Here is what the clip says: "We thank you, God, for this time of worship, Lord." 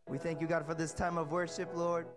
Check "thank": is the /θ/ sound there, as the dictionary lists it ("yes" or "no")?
yes